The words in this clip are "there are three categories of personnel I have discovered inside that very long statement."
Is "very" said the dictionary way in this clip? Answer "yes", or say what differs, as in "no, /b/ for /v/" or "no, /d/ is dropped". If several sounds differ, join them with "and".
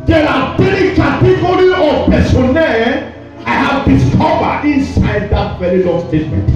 no, /l/ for /ɹ/